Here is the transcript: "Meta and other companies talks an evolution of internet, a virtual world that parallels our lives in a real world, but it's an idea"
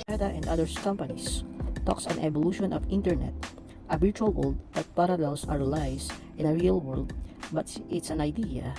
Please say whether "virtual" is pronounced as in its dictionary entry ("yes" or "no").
no